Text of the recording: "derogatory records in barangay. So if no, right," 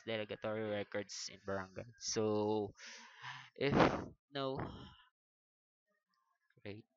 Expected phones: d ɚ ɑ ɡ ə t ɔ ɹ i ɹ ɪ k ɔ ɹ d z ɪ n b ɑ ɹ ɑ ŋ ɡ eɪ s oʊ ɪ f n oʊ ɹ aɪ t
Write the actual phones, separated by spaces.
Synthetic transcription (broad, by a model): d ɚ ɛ ɡ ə t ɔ ɹ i ɹ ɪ k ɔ ɹ d s ɪ n b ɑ ɹ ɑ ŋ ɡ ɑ s oʊ ɪ f n oʊ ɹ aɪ t